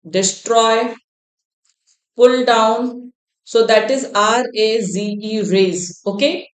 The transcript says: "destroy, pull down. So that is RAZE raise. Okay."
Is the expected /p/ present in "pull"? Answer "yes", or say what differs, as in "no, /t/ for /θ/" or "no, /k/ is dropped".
yes